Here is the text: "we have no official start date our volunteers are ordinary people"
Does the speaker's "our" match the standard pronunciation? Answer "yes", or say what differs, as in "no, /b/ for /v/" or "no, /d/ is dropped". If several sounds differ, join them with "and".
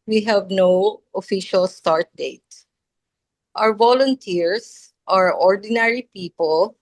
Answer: no, /w/ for /ɹ/